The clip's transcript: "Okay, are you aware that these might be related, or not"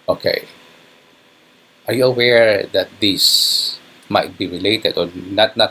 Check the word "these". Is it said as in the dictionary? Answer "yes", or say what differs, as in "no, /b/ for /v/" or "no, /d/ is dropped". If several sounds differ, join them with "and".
no, /s/ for /z/